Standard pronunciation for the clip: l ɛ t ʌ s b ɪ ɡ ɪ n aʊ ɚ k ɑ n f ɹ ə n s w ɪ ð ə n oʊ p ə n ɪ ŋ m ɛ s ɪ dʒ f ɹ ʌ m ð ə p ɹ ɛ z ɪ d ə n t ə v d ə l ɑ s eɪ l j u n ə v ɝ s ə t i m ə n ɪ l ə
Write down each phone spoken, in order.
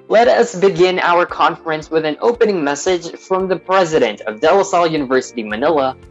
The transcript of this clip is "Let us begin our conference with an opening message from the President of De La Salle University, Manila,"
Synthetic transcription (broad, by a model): l ɛ t ʌ s b ɪ ɡ ɪ n aʊ ɚ k ɑ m f ɹ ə n s w ɪ ð ə n oʊ p ə n ɪ ŋ m ɛ s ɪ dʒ f ɹ ʌ m ð ə p ɹ ɛ z ɪ d ə n t ə v d ə l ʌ s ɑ l j u n ə v ɝ s ə t i m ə n ɪ l ə